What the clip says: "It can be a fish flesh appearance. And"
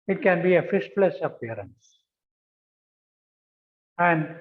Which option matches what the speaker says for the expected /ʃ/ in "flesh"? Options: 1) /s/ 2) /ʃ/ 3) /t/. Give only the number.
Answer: 1